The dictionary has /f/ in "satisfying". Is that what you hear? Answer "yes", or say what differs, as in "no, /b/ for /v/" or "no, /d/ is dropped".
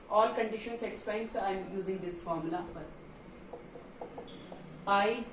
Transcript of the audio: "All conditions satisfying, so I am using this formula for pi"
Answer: no, /p/ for /f/